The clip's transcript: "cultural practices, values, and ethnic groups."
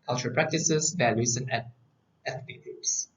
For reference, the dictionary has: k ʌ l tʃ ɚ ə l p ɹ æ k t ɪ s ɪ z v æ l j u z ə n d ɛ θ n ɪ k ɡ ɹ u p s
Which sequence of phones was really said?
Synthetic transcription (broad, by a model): k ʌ l tʃ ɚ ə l p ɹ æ k t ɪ s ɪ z v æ l j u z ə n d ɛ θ ɪ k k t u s